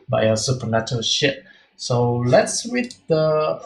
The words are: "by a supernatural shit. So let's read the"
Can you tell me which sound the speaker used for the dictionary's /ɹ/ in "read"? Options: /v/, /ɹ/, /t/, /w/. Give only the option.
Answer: /w/